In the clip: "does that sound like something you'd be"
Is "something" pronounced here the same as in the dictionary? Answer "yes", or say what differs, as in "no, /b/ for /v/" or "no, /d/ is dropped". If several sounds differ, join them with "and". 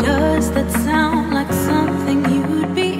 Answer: yes